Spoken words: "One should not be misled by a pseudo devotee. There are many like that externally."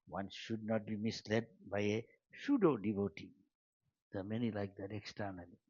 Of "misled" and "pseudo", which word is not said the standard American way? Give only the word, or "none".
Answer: pseudo